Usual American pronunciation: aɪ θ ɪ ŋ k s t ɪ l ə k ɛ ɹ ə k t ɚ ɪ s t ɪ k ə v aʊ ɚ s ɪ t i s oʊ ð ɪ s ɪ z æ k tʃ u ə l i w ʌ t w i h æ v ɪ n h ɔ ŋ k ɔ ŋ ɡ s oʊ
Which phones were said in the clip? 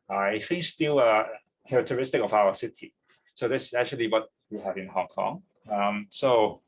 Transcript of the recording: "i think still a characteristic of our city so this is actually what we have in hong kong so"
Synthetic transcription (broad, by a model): aɪ f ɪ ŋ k s t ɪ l ə k ɛ ɹ ə k t ɚ ɪ s t ɪ k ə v aʊ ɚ s ɪ t i s oʊ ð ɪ s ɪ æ k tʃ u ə l i w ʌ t w i h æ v ɪ n h ɔ ŋ k ɔ ŋ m s oʊ